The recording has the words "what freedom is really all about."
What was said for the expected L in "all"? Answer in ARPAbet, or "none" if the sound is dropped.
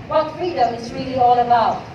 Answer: L